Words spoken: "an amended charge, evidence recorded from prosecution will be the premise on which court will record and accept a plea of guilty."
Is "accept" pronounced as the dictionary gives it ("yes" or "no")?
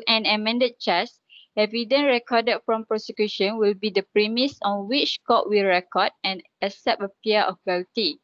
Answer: no